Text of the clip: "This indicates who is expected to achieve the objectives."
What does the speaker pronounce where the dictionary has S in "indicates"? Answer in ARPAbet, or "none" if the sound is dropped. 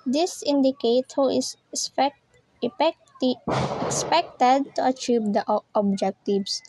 none